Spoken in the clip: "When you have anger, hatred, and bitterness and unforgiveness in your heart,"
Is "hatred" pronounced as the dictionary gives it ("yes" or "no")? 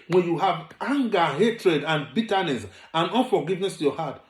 yes